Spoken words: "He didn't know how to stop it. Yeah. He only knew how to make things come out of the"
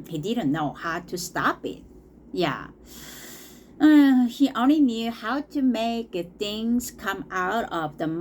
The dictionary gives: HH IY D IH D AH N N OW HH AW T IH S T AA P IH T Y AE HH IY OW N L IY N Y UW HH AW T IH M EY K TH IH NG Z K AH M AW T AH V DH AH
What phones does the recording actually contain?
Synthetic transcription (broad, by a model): HH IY D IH D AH N N OW HH AW T IH S T AA P IH T Y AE HH IY OW N L IY N Y UW HH AW T IH M EY K TH IH NG Z K AH M AW T AH V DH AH